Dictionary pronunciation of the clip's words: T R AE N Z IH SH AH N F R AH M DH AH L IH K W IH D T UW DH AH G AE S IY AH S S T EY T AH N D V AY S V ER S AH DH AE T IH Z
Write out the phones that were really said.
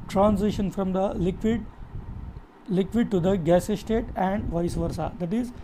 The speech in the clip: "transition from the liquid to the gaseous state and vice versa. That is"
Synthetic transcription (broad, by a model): T R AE N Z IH SH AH N F R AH M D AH L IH K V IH D T UW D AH G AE S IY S S T EY T AH N D V AY S V ER S AH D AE T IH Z